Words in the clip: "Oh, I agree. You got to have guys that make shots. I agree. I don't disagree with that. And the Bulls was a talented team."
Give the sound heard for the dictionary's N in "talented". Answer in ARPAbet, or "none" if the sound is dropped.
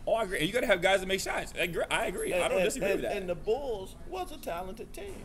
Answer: N